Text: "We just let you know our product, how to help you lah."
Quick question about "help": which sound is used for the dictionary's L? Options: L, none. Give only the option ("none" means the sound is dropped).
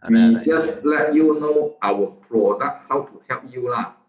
none